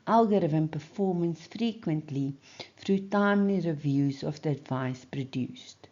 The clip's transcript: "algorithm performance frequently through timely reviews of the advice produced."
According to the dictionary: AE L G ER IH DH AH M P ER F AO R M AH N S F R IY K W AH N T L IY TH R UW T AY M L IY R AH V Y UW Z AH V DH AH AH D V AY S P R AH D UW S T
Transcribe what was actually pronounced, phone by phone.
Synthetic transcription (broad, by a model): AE L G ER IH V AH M P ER F AO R M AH N S F R IY K W AH N T L IY F R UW T AY M L IY R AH V Y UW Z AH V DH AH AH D V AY S P R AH D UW S T